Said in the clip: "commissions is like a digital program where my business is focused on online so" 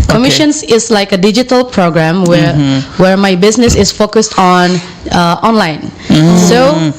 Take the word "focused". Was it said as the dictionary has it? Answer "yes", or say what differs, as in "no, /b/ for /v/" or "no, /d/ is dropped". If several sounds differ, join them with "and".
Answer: yes